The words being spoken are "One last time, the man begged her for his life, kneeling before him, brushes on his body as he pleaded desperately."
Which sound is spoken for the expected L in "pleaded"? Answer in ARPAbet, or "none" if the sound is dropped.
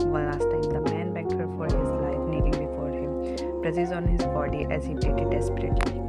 none